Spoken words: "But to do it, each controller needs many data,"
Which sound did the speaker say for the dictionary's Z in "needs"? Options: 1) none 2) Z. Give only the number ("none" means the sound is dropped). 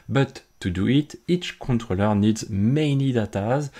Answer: 2